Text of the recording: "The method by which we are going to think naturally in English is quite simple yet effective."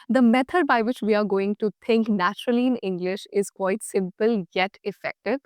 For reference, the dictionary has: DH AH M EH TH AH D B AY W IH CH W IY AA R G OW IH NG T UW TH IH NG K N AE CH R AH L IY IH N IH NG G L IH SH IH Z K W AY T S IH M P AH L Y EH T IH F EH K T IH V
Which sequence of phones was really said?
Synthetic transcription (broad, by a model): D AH M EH T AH D B AY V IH CH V IY AA R G OW IH NG T UW T IH NG K N AE CH R AH L IY IH N IH NG G L IH SH IH Z K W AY T S IH M P AH L Y EH T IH F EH K T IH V